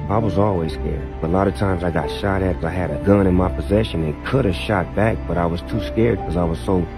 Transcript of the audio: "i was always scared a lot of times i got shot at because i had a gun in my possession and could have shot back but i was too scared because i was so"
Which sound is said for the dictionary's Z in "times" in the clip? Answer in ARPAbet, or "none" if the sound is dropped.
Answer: Z